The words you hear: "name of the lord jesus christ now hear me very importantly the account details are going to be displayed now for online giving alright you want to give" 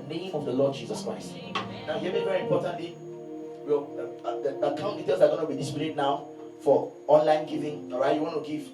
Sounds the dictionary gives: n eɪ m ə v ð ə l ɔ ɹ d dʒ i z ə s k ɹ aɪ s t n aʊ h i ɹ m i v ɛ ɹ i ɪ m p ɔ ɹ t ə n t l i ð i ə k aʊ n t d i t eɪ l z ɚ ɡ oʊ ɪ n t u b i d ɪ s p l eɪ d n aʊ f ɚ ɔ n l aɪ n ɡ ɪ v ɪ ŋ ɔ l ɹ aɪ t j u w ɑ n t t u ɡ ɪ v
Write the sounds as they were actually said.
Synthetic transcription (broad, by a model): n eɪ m ə v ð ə l ɔ d dʒ i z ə s k ɹ aɪ s t n aʊ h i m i v ɛ ɹ i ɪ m p ɔ t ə n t l i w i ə k aʊ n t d i t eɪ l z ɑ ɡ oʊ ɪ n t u b i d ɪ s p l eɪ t n aʊ f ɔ ɔ n l aɪ n ɡ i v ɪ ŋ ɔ ɹ aɪ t j u w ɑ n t t u ɡ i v